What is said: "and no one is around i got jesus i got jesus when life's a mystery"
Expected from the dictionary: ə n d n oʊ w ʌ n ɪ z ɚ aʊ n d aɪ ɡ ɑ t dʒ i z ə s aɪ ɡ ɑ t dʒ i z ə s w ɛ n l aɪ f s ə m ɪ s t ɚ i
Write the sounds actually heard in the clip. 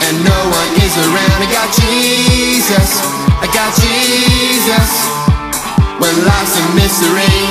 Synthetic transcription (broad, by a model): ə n n oʊ w ʌ n ɪ z ɚ aʊ n d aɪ ɡ ɑ t dʒ i z ə s aɪ ɡ ɑ t dʒ i z ə s w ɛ n l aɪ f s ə m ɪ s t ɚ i